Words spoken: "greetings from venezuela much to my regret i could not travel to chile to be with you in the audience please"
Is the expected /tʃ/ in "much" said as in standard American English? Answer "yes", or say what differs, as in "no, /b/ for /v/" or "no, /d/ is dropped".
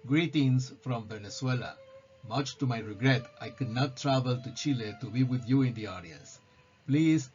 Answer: yes